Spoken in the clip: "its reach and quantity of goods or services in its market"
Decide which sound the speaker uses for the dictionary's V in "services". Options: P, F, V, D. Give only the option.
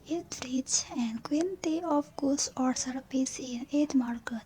P